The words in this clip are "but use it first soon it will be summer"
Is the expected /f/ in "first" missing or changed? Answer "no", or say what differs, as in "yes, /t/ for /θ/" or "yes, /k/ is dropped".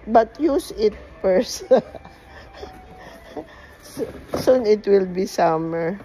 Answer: yes, /p/ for /f/